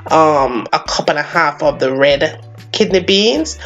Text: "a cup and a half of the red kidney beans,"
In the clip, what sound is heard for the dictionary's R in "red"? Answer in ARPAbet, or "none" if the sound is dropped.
R